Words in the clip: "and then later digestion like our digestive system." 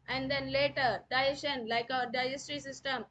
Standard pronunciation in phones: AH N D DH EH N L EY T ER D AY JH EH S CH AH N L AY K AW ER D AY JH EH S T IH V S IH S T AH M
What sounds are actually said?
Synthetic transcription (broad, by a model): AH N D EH N L EY T ER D AY EH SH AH N L AY K AW ER D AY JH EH S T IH S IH S T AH M